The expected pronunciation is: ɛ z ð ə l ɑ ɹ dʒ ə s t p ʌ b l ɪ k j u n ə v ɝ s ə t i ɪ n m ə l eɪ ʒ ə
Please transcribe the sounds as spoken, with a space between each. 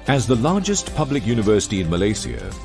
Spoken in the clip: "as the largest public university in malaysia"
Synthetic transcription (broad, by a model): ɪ z ð ə l ɑ ɹ dʒ ə s t p ʌ b l ɪ k j u n ə v ɝ s ə t i ɪ n m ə l eɪ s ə